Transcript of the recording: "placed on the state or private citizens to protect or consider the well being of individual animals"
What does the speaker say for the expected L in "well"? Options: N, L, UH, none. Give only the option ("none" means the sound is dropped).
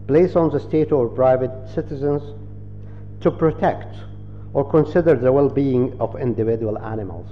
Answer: L